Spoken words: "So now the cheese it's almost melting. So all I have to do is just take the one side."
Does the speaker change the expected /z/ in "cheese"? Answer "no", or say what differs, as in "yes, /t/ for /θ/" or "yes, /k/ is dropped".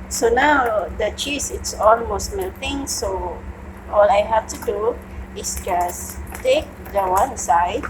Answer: yes, /s/ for /z/